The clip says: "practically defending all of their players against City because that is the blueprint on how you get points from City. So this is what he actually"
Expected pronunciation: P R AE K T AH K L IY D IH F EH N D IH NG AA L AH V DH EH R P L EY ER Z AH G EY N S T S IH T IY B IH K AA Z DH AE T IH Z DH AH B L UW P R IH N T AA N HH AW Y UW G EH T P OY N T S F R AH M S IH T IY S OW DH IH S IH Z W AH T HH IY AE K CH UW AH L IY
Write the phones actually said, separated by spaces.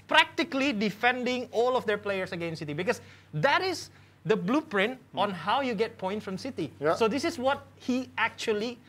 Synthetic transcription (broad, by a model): P R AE K T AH K L IY D IH F EH N D IH NG AA L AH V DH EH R P L EY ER S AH G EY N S S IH T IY B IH K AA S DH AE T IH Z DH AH B L UW P R IH N T AA N HH AW Y UW G EH T P OY N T F R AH M S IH T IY S OW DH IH S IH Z W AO T HH IY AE K CH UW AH L IY